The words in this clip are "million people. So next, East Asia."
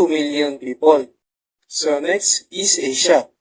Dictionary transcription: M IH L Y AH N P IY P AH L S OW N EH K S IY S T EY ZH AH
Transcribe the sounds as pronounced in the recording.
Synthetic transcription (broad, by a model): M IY L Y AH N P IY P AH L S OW N EH K S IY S EY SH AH